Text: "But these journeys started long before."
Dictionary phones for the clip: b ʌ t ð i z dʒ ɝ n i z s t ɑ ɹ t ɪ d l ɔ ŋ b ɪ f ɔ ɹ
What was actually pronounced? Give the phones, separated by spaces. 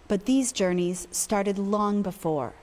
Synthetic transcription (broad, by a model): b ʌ t ð i z dʒ ɝ n i z s t ɑ ɹ t ɪ d l ɔ ŋ b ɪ f ɔ ɹ